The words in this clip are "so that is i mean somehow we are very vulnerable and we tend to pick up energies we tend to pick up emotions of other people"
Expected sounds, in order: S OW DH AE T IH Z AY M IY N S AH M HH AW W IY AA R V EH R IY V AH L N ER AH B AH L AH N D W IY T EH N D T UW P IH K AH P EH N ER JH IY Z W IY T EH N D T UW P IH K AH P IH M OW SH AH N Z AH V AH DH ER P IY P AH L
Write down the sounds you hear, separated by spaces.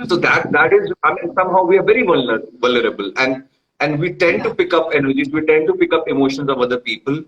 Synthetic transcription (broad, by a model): S OW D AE T IH Z AY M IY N S AH M HH AW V IY AA R V EH R IY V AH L L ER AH B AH L AH N D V IY T EH N D T UW P IH K AH P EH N ER JH IY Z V IY T EH N D T UW P IH K AH P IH M OW SH AH N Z AH V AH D ER P IY P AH L